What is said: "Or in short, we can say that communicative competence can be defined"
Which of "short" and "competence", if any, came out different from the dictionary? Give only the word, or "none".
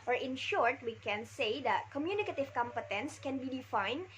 none